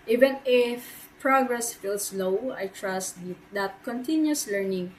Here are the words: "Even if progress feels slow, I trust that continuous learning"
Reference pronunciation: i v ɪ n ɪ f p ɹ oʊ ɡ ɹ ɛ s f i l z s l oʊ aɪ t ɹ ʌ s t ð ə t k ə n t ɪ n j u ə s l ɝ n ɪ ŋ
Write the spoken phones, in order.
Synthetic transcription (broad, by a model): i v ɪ n ɪ f p ɹ oʊ ɡ ɹ ɛ s f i l s l oʊ aɪ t ɹ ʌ s t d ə t k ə n t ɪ n j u s l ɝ n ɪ ŋ